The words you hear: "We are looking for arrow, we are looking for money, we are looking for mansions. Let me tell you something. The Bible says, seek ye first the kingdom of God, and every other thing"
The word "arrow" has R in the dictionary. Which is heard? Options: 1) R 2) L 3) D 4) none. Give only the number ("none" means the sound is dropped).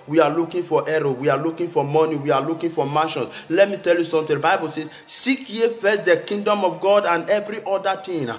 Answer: 1